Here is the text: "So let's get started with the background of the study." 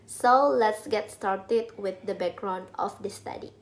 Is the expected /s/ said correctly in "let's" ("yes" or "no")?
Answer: yes